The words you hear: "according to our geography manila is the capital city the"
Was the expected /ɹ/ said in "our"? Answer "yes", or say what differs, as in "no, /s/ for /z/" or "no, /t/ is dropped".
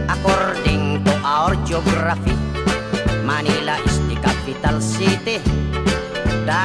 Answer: yes